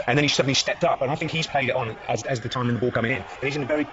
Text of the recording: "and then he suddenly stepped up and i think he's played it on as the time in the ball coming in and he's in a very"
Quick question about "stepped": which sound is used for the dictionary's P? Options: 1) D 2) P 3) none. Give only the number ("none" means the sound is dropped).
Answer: 2